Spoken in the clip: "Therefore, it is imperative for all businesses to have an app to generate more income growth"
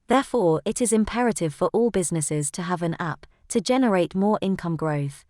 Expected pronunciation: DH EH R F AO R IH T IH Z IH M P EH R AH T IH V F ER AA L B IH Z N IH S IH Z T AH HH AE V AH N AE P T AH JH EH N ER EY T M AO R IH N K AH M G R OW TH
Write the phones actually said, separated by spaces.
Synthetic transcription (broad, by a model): DH EH F AO R IH T IH Z IH M P EH R AH T IH V F ER AA L B IH Z N IH S IH Z T AH V AH N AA P T AH JH EH N ER EY T M AO R IH N K AH M G R OW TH